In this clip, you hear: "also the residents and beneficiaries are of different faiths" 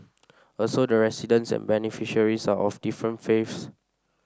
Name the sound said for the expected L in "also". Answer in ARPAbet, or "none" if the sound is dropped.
L